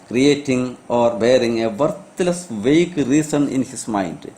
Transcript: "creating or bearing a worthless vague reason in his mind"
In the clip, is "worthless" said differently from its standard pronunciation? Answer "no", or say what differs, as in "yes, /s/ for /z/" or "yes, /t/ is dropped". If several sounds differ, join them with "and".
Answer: yes, /t/ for /θ/